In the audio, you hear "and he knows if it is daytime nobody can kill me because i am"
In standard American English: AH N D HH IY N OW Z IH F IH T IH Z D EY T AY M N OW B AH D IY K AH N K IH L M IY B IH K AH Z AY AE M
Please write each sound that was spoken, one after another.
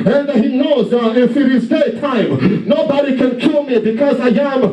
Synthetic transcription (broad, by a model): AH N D HH IY N OW Z IH F IH T IH Z D EY T AY M N OW B AH D IY K AH N K IH L M IY B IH K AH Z AY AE M